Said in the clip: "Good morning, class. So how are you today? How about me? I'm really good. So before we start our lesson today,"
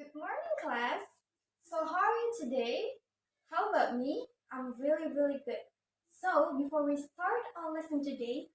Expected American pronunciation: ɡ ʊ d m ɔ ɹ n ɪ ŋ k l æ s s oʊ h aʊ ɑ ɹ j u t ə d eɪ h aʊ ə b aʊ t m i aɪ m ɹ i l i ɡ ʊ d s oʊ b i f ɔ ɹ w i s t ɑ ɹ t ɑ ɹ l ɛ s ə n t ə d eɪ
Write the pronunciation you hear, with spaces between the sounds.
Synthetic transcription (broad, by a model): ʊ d m ɔ ɹ n ɪ ŋ k l æ s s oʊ h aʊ ɑ ɹ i t ə d eɪ h aʊ ə b aʊ t m i aɪ m ɹ i l i ɡ ʊ d s oʊ b i f ɔ ɹ w i s t ɑ ɹ t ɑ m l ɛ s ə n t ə d eɪ